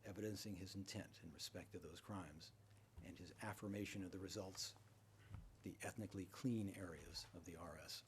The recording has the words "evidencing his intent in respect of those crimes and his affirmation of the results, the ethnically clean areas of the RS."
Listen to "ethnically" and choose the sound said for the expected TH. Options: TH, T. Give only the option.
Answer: TH